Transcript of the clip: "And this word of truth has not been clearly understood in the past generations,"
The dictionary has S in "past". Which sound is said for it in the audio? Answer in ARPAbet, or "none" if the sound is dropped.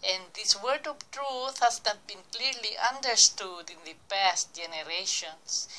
S